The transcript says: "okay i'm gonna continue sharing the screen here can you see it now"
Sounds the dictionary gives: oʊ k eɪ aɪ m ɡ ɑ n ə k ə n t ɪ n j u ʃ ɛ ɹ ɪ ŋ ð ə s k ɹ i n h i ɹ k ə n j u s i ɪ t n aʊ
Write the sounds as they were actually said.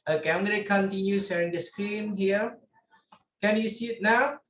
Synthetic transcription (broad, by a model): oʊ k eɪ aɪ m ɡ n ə k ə n t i n j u s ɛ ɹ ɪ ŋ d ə s k ɹ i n h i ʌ k ə n j u s i ɪ t n aʊ